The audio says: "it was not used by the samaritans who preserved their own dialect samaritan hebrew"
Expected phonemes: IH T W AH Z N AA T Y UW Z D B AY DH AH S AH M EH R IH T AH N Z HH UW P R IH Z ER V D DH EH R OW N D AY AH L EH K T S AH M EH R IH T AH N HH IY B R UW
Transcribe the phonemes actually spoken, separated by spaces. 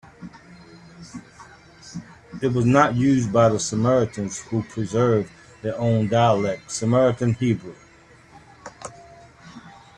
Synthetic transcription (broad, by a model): IH T W AH Z N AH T Y UW Z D B AY DH AH S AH M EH R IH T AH N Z HH UW P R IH Z ER V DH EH R OW N D AY AH L EH K T S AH M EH R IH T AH N HH IY B R UW